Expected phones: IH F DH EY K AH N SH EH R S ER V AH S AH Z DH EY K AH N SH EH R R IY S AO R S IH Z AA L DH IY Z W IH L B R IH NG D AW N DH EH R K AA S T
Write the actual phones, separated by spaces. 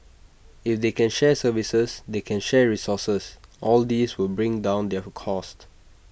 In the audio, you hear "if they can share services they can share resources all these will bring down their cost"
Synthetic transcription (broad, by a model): IH F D EY K AH N SH EH S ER V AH S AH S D EY K AH N SH EH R R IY S AO S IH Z AA L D IY S W IH L B R IH NG D AW N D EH K AA S T